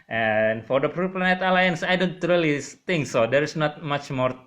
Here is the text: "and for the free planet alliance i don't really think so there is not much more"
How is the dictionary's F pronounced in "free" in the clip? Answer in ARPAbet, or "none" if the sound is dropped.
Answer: P